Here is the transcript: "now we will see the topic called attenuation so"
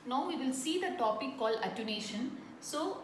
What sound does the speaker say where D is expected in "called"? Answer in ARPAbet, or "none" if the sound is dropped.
none